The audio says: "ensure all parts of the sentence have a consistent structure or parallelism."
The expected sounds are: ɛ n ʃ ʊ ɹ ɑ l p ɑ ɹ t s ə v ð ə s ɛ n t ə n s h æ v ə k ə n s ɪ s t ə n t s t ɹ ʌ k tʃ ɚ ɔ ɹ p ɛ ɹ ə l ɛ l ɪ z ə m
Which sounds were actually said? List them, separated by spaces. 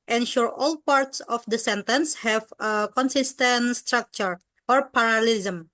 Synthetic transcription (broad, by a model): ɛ n ʃ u ɹ ɑ l p ɑ ɹ t s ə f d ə s ɛ n t ə n s h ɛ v ə k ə n s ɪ s t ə n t s t ɹ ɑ k tʃ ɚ ɔ ɹ p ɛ ɹ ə l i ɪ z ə m